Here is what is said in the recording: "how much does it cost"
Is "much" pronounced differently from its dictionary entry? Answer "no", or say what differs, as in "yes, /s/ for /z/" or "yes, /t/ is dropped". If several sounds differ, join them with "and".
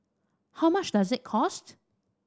yes, /ʃ/ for /tʃ/